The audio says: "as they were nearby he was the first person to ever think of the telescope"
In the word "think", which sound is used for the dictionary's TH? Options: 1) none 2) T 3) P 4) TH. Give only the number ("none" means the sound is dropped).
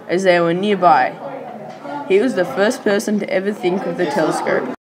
4